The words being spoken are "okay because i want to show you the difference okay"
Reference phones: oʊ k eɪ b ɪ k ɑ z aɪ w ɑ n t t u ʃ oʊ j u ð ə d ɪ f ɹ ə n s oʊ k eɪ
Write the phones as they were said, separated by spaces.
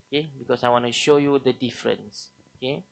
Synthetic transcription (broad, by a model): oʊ k eɪ b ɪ k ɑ s aɪ w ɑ n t t u ʃ oʊ j u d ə d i f ɹ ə n s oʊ k eɪ